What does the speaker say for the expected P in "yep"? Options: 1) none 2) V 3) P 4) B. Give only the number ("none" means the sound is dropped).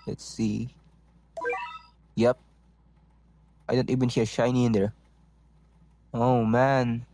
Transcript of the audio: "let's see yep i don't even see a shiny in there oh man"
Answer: 3